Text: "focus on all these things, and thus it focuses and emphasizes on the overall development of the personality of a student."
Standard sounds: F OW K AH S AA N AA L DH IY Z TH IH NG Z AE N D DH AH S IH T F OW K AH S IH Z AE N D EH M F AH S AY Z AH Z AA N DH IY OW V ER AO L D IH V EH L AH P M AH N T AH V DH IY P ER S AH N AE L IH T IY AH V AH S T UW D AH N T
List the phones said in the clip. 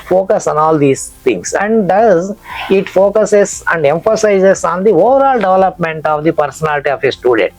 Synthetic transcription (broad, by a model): F OW K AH S AA N AA L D IY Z T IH NG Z AE N D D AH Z IH T F OW K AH S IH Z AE N D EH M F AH S AY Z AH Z AA N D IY OW V ER AO L D IH V EH L AH P M AH N T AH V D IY P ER S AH N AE L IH T IY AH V AH S T UW D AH N T